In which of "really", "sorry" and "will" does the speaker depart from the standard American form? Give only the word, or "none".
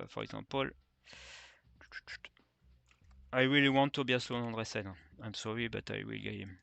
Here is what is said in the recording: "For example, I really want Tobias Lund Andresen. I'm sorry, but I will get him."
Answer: really